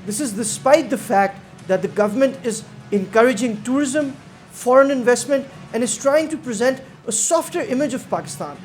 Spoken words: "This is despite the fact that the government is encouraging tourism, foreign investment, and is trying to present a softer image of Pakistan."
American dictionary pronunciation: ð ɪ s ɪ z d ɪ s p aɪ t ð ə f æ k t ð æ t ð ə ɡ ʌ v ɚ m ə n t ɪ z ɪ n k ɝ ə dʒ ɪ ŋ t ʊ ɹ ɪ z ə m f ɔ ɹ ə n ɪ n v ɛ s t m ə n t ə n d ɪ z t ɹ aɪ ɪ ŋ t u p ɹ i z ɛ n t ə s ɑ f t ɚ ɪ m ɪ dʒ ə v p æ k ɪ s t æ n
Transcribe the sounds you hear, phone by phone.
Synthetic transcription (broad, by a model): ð ɪ s ɪ z d ɪ s p aɪ t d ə f æ k t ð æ t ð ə ɡ ʌ v ɚ m ə n t ɪ z ɪ n k ɝ ə dʒ ɪ ŋ t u ɹ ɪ z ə m f ɔ ɹ ə n ɪ n v ɛ s t m ə n t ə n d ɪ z t ɹ aɪ ɪ ŋ t u p ɹ i z ɛ n t ə s ɑ f t ɚ ɪ m ɪ dʒ ə v p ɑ k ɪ s t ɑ n